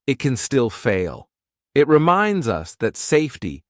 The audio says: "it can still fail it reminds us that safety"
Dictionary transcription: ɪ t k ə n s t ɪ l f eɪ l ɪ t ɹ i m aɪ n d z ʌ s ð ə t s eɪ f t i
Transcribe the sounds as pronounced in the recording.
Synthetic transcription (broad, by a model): ɪ t k ə n s t ɪ l f eɪ l ɪ t ɹ i m aɪ n d z ʌ s ð ə t s eɪ f t i